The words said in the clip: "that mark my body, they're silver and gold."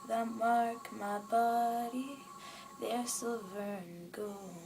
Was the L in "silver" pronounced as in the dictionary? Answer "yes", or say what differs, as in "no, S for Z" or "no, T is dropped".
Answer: no, L is dropped